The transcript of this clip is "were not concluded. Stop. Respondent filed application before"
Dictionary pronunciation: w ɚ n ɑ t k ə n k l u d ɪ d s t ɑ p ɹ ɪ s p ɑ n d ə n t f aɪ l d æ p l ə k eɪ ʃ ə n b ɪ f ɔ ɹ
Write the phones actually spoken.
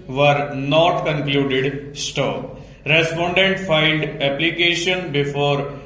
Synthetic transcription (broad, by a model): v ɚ n ɑ t k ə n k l u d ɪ d s t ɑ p ɹ ɪ s p ɑ n d ə n t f aɪ n d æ p l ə k eɪ ʃ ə n b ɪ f ɔ ɹ